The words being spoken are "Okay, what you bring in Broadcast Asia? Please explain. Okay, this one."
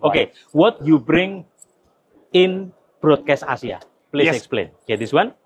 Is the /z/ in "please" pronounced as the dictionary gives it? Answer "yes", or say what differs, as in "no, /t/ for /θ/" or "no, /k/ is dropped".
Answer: no, /z/ is dropped